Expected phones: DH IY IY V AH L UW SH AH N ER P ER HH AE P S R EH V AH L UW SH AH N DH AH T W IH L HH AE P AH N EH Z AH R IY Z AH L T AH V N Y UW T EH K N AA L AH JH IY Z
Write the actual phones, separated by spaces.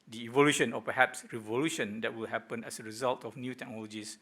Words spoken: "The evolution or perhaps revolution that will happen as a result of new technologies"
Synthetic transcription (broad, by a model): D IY IY V AH L UW SH AH N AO P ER HH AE P S R EH V AH L UW SH AH N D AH T W IH L HH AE P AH N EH S AH R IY Z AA L T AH F N Y UW T EH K N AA L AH JH IY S